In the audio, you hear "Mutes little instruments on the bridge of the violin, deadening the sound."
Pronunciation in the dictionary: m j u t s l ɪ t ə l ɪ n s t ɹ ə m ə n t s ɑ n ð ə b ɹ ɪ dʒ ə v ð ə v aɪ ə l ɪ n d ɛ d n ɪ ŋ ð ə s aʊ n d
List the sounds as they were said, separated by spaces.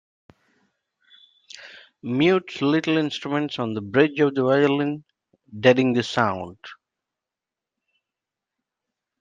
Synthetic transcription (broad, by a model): m j u t s l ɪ t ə l ɪ n s t ɹ ə m ə n t s ɑ n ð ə b ɹ ɪ dʒ ə v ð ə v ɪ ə l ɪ n d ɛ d ɪ ŋ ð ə s aʊ n d